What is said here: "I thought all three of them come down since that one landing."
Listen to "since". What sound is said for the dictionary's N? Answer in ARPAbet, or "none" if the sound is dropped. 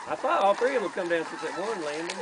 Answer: none